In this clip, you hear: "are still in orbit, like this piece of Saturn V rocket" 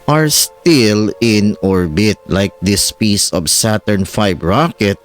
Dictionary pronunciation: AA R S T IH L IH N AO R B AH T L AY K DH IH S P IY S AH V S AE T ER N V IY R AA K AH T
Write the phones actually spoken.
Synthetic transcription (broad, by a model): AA R S T IH L IH N AO R B AH T L AY K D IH S P IY S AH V S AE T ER N F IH R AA K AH T